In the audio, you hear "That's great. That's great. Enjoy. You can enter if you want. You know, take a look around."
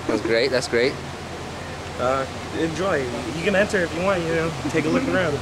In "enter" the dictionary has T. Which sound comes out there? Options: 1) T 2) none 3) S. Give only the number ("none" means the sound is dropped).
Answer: 3